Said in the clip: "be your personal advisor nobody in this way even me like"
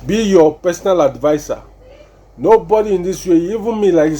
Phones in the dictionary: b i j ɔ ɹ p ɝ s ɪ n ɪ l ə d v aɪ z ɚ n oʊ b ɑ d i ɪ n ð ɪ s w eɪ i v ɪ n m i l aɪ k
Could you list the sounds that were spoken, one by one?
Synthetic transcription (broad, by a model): b i j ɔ p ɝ s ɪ n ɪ l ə d v aɪ s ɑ n oʊ b ɑ d i ɪ n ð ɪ s w eɪ i v ɪ n m i l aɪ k